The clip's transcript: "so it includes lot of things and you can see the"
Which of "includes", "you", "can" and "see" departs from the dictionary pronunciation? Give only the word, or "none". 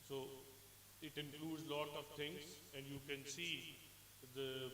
none